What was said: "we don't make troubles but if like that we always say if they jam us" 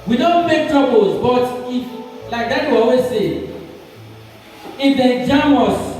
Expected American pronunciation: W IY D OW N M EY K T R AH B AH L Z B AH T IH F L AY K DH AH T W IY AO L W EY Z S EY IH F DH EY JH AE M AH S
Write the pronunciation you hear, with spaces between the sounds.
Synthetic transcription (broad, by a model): W IY D OW N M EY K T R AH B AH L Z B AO T IH F L AY K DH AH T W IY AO W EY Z S EY IH F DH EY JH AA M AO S